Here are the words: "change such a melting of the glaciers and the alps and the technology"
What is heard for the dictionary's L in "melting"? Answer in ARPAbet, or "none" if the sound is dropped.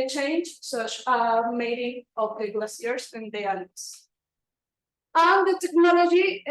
none